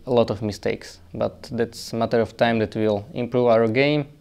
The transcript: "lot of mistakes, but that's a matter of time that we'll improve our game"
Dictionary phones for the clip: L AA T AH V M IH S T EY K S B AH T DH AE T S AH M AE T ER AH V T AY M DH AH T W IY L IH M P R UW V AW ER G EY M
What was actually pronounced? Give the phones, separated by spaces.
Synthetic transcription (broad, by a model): L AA T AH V M IH S T EY K S B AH T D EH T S AH M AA T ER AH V T AY M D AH T W IY L IH M P R UW V AW ER G EY M